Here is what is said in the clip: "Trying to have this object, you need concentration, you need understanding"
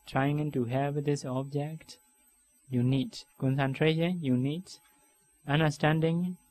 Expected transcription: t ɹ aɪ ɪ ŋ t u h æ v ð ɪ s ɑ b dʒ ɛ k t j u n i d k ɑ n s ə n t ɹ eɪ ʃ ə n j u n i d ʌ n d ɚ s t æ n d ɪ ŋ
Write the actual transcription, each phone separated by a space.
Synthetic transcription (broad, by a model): t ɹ aɪ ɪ ŋ t u h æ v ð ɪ s ɑ b dʒ ɛ k t j u n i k k ɑ n s ə n t ɹ eɪ ʃ ə n j u n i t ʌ n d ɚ s t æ n d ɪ ŋ